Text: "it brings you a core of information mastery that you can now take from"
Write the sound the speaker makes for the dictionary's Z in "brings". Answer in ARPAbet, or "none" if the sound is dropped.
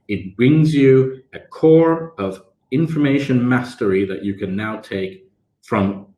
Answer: Z